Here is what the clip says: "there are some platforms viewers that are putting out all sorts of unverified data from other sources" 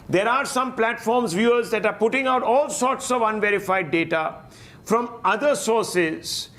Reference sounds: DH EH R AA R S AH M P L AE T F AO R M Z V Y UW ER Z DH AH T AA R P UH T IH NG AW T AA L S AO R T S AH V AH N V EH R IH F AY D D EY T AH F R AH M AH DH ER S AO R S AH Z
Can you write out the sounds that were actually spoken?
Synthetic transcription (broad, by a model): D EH R AA R S AH M P L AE T F AO R M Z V Y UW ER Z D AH T AA R P UH T IH NG AW T AA L S AO R T S AH V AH N V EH R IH F AY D D EY T AH F R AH M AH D ER S AO R S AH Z